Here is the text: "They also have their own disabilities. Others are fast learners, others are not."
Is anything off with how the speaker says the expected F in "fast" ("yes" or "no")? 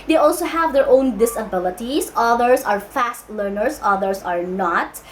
no